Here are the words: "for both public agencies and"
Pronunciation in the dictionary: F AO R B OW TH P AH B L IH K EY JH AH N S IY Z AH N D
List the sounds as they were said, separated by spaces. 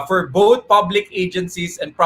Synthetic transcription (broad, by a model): F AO R B OW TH P AH B L IH K EY JH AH N S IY S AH N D